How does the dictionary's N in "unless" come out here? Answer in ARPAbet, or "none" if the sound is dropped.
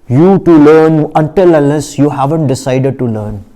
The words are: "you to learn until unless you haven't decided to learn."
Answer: none